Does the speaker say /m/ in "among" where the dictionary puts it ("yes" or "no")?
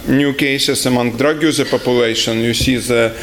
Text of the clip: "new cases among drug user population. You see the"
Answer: yes